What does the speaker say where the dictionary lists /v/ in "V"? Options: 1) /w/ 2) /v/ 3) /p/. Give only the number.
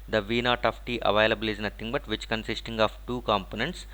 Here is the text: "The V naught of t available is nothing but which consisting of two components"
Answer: 2